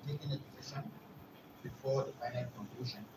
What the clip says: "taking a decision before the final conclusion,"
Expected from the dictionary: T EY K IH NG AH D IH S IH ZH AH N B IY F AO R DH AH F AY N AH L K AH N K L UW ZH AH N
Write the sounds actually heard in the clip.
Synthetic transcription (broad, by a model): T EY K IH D AH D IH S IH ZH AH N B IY F AO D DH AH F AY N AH N K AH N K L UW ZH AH N